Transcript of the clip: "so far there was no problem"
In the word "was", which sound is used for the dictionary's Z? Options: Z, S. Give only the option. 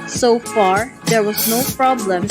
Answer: Z